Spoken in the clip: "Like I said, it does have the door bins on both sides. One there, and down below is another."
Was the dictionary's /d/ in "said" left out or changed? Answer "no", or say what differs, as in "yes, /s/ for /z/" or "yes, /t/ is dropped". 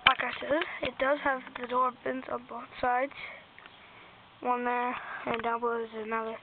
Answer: yes, /d/ is dropped